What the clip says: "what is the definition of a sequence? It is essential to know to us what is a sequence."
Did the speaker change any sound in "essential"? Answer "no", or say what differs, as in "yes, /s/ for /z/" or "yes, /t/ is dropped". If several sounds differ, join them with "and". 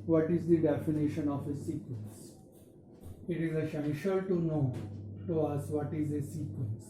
yes, /ʃ/ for /s/ and /n/ is dropped